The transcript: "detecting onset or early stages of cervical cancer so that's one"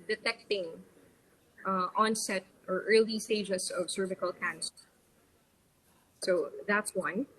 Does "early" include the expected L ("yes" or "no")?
yes